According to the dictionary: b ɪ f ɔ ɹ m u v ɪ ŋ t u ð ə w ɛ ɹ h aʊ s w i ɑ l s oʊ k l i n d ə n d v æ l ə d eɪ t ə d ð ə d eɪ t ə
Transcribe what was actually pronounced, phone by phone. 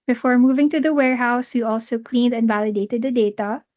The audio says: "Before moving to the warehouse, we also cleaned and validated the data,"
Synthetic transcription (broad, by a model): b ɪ f ɔ ɹ m u v ɪ ŋ t u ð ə w ɛ ɹ h aʊ s w i ɑ l s oʊ k l i n d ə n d v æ l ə d eɪ t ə d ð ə d eɪ t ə